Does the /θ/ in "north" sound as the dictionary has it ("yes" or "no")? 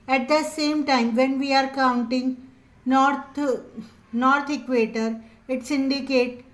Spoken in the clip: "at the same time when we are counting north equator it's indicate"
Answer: no